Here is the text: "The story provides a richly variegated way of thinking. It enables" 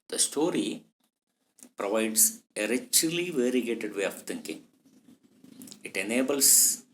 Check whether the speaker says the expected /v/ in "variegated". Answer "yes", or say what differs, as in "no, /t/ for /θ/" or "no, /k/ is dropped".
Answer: yes